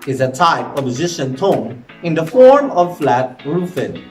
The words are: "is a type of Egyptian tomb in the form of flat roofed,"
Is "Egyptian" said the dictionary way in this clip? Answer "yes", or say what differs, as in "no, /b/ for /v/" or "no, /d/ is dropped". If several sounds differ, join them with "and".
no, /z/ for /dʒ/ and /p/ is dropped